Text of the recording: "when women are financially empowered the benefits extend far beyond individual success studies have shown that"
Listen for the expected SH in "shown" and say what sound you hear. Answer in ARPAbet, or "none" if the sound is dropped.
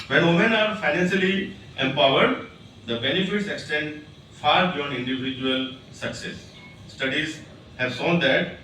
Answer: S